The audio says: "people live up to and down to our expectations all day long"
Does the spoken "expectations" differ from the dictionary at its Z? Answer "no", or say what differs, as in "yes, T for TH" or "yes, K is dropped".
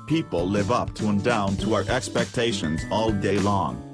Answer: no